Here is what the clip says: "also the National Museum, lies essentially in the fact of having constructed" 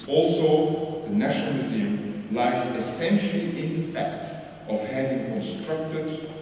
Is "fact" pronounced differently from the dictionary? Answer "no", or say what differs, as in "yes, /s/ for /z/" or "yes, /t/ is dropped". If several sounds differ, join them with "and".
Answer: no